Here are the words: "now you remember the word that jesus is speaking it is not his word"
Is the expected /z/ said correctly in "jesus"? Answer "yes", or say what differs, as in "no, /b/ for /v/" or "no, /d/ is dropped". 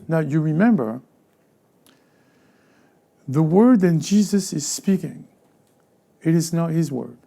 yes